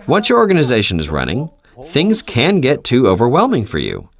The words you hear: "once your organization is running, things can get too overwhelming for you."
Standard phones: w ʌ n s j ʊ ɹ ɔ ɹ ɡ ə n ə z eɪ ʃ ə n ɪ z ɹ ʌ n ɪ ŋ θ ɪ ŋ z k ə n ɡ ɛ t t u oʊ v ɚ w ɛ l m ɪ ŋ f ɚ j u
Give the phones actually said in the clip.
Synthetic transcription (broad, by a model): w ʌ n s j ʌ ɹ ɔ ɹ ɡ ə n ə z eɪ ʃ ə n ɪ z ɹ ʌ n ɪ ŋ θ ɪ ŋ z k ə n ɡ ɛ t t u oʊ v ɚ w ɛ l m ɪ ŋ f ɚ j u